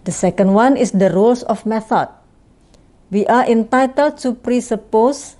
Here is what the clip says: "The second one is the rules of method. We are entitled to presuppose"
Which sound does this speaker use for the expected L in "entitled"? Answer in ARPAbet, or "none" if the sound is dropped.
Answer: L